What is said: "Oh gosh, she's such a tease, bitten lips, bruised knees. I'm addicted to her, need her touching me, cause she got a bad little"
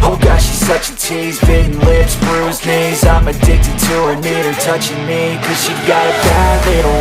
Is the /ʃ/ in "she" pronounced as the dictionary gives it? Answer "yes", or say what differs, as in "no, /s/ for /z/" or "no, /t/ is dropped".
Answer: yes